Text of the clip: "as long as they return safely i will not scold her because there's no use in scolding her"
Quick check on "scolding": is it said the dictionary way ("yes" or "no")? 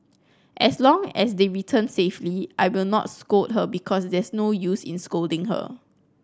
yes